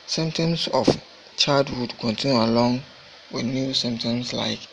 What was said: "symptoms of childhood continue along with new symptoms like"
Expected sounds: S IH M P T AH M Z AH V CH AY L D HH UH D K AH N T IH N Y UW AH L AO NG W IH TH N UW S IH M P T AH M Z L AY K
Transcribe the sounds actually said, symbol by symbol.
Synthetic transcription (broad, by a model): S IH M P T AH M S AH F CH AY D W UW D K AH N T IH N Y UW AH L AO NG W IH N UW S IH M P T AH M S L AY K